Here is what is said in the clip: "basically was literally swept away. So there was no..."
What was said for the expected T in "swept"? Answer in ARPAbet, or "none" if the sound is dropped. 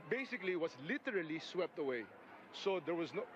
T